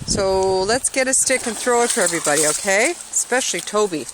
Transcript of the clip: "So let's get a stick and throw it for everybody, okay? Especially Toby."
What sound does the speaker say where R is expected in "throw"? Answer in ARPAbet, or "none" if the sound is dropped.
R